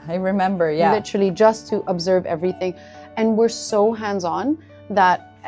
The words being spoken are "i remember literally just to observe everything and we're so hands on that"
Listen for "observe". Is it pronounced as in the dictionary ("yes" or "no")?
yes